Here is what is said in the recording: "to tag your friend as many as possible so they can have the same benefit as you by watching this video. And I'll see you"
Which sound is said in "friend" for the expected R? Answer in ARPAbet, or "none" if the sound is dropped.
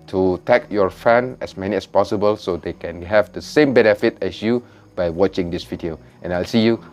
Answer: none